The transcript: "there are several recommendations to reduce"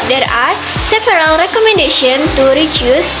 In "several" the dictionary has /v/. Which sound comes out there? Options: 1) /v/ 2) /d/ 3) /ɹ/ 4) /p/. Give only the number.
4